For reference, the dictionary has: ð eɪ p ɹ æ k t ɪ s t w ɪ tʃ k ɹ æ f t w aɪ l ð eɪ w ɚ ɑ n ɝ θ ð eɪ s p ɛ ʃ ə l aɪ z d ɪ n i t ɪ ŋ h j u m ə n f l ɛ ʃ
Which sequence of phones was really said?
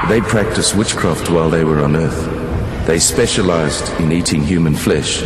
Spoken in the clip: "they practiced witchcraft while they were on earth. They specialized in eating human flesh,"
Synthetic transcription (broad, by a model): ð eɪ p ɹ æ k t ɪ s t w ɪ tʃ k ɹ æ f t w aɪ l ð eɪ w ɚ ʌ n ɝ θ ð eɪ s p ɛ ʃ ə l aɪ z d ɪ n i t ɪ ŋ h j u m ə n f l ɛ ʃ